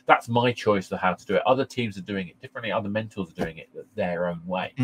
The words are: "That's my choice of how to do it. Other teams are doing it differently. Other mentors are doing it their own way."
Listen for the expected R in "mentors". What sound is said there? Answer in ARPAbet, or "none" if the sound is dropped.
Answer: L